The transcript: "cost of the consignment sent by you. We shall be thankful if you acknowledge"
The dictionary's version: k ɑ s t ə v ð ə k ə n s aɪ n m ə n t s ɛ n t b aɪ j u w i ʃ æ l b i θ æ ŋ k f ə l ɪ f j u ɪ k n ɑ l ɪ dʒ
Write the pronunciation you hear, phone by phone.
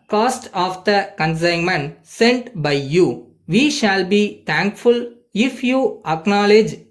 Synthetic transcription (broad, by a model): k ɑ s t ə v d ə k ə n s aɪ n m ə n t s ɛ n t b aɪ j u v i ʃ æ l b i t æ ŋ k f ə l ɪ f j u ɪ k n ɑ l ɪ dʒ